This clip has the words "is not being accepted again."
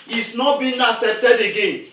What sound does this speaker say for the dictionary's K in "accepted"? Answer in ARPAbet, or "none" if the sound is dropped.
none